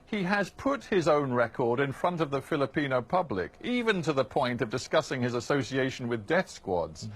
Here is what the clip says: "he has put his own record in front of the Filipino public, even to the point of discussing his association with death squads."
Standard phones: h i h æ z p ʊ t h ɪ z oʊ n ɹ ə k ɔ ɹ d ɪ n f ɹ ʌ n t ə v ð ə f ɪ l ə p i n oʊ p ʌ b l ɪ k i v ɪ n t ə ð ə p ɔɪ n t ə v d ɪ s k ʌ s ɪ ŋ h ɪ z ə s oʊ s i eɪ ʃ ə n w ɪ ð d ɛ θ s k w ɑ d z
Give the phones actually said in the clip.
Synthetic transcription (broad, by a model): h i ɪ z p ʊ t h ɪ z oʊ n ɹ ə k ɔ ɹ d ɪ n f ɹ ʌ n t ə v ð ə f ɪ l ə p i n oʊ p ʌ b l ɪ k i v ɪ n t ə ð ə p ɔɪ n t ə v d ɪ s k ʌ s ɪ ŋ ɪ z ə s oʊ s i eɪ ʃ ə n w ɪ ð d ɛ θ s k w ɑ d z